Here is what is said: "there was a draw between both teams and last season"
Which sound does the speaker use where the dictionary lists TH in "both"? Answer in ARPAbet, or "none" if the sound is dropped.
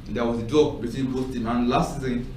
S